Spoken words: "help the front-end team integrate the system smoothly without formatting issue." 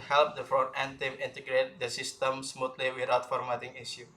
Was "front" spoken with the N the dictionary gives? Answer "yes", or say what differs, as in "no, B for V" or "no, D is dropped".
no, N is dropped